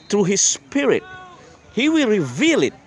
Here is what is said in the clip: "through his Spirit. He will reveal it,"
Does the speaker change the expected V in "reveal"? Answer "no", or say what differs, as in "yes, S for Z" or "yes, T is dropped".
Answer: no